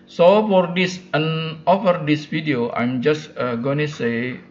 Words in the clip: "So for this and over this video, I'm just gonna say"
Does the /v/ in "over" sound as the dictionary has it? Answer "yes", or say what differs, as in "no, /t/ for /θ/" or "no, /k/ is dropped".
no, /f/ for /v/